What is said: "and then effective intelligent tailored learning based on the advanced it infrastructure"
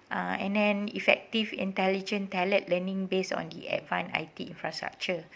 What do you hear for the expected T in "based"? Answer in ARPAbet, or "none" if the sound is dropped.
none